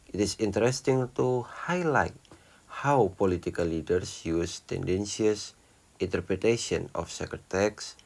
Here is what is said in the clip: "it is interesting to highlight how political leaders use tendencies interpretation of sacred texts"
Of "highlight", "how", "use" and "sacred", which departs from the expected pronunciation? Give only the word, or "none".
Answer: sacred